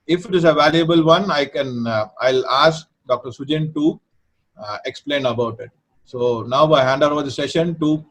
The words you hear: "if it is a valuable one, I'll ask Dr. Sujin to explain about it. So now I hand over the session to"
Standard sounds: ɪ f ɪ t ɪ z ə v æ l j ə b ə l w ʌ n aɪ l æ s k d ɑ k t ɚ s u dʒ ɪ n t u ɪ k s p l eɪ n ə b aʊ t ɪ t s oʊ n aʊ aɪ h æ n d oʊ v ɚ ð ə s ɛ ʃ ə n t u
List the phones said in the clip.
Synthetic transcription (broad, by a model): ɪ f ɪ t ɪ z ə v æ l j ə b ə l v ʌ n aɪ l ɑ s k d ɑ k t ɚ s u dʒ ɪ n t u ɪ k s p l eɪ n ə b aʊ t ɪ t s oʊ n aʊ aɪ h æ n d oʊ v ɚ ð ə s ɛ ʃ ə n t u